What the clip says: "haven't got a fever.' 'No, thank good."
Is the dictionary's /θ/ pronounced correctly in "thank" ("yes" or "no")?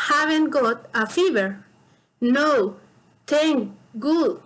no